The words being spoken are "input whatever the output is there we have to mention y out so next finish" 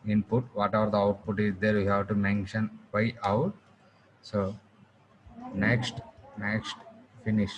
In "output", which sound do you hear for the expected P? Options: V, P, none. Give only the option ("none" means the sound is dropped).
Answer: P